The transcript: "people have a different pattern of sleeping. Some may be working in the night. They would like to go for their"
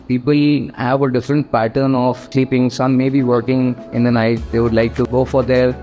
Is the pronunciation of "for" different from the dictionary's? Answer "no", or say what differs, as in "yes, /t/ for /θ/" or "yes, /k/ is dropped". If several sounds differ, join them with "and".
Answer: no